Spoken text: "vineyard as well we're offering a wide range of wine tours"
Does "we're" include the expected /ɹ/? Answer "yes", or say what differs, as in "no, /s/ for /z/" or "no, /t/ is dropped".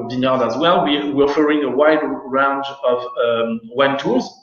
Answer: no, /w/ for /ɹ/